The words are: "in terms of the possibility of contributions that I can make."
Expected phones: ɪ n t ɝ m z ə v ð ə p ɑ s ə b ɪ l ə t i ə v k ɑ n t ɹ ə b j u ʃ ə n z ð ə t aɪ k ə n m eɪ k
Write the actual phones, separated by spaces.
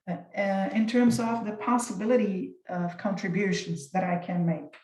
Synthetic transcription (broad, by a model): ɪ n t ɝ m z ə v ð ə p ɑ s ə b ɪ l ə t i ə v k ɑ n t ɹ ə b j u ʃ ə n z ð ə t aɪ k ə n m eɪ k